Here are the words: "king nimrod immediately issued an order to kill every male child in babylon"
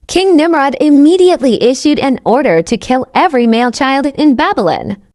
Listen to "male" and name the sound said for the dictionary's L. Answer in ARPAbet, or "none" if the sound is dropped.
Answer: L